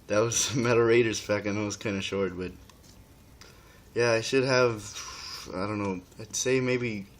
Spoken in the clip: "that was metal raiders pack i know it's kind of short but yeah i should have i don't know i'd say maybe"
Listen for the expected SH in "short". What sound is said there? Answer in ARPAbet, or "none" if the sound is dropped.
SH